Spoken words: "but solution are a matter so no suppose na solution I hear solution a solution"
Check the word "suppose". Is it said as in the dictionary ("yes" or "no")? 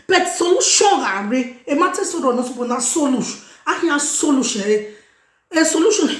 no